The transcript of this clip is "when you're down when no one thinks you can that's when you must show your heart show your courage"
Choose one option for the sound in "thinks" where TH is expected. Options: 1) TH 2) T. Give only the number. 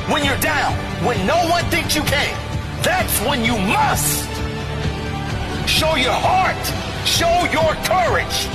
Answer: 1